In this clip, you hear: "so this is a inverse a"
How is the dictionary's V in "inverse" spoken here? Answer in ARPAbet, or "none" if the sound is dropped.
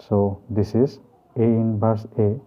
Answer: B